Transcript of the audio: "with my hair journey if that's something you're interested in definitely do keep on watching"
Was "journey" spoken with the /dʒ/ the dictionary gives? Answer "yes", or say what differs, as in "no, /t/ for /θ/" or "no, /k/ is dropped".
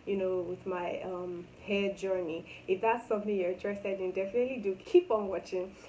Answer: yes